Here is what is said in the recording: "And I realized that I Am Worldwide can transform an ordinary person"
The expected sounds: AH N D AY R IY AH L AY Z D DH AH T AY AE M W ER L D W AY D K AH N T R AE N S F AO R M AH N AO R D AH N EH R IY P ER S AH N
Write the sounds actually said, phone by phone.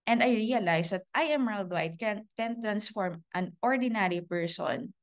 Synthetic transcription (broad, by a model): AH N D AY R IY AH L AY S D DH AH T AY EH M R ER L D W AY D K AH N T R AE N S F AO R M AH N AO R D AH N EH R IY P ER S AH N